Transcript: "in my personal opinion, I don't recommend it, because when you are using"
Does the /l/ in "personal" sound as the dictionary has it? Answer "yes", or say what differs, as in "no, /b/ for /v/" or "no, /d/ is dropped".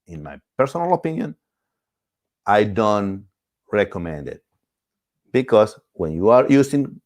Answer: yes